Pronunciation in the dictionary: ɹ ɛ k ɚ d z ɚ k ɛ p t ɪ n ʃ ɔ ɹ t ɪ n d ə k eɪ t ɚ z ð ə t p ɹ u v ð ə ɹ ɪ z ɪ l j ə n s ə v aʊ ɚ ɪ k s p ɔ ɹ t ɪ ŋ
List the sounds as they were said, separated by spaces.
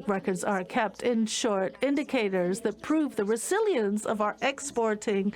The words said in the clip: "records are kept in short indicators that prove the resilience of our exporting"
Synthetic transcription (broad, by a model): ɹ ɛ k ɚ d z ɚ k ɛ p t ɪ n ʃ ɔ ɹ t ɪ n d ə k eɪ t ɚ z ð ə t p ɹ u v ð ə ɹ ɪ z ɪ l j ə n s ə v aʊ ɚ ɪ k s p ɔ ɹ t ɪ ŋ